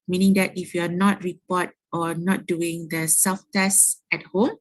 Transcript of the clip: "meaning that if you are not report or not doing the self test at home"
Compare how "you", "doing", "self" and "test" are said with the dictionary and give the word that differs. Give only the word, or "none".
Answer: self